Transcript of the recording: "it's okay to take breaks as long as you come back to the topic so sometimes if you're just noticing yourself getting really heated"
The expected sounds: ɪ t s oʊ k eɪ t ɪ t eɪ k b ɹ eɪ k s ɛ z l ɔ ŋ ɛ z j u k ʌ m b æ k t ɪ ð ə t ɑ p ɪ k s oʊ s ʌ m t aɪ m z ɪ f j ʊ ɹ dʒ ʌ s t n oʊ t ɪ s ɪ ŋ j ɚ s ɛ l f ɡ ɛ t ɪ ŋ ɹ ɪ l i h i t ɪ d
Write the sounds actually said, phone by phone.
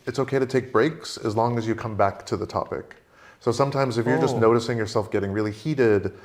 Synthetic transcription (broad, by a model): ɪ t s oʊ k eɪ t ɪ t eɪ k b ɹ eɪ k s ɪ z l ɔ ŋ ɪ z j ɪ k ʌ m b æ k t ɪ ð ə t ɑ p ɪ k s oʊ s ʌ m t aɪ m z ɪ f j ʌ ɹ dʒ ʌ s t n oʊ t ɪ s ɪ ŋ j ɚ s ɛ l f ɡ ɛ t ɪ ŋ ɹ ɪ l i h i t ɪ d